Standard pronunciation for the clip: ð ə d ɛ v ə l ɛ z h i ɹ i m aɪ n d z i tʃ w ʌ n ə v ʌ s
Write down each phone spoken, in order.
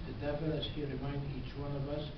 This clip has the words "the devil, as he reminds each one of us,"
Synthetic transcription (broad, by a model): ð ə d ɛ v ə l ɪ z h i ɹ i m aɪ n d i tʃ w ʌ n ə v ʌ s